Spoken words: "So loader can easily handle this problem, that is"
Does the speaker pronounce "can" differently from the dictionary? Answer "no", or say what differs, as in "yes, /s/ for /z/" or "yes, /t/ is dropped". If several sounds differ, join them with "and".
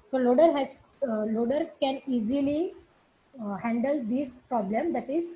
no